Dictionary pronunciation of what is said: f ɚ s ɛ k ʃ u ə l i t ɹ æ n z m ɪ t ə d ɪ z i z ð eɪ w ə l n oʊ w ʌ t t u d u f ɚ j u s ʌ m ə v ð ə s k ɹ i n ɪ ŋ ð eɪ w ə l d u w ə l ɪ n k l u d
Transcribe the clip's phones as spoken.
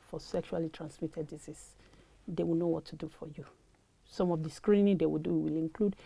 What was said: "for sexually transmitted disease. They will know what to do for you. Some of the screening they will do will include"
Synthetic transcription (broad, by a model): f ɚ s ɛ k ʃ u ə l i t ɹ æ n s m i t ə d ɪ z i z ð eɪ w ə l n oʊ w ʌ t t u d u f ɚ j u s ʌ m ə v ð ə s k ɹ i n ɪ ŋ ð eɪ w ə l d u w ə l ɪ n k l u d